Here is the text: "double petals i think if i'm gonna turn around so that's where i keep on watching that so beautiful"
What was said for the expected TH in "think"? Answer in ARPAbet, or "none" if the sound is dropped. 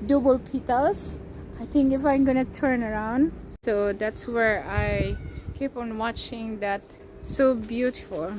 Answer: T